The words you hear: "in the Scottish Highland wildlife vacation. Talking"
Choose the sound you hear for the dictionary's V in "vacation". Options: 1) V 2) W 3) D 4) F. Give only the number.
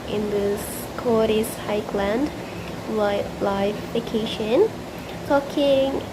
4